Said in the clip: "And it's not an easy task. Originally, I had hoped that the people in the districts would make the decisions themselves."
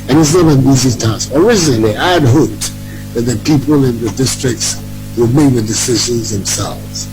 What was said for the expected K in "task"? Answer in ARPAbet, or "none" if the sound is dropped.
none